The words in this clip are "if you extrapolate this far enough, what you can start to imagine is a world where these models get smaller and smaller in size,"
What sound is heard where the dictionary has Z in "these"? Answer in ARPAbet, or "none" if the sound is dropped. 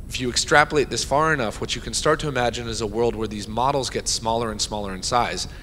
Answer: Z